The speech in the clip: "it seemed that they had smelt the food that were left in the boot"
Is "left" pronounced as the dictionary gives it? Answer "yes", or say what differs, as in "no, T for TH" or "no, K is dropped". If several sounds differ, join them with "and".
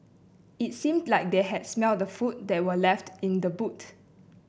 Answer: yes